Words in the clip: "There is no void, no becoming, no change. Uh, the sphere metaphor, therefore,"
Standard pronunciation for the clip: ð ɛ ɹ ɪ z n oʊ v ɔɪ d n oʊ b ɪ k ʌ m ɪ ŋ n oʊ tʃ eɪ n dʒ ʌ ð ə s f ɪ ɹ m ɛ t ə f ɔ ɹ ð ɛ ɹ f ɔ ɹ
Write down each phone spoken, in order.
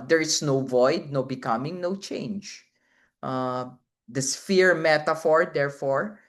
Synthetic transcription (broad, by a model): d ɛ ɹ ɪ s n oʊ v ɔɪ d n oʊ b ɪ k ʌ m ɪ ŋ n oʊ tʃ eɪ n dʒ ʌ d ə s f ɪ ɹ m ɛ t ə f ɔ ɹ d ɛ ɹ f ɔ ɹ